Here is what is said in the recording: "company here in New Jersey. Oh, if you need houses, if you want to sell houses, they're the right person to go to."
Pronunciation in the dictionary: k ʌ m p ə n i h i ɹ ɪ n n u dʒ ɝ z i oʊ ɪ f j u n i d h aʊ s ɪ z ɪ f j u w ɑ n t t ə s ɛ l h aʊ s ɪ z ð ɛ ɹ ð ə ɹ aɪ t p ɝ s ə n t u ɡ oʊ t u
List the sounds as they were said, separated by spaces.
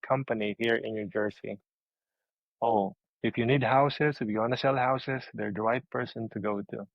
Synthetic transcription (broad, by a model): k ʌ m p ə n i h i ɹ ɪ n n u dʒ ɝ s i oʊ ɪ f j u n i d h aʊ s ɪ s ɪ f j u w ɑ n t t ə s ɛ l h aʊ s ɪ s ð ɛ ɹ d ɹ aɪ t p ɝ s ə n t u ɡ oʊ t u